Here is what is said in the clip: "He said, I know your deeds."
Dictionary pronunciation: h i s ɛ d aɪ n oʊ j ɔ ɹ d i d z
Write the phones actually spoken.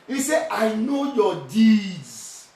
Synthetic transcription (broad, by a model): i s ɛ aɪ n oʊ j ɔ d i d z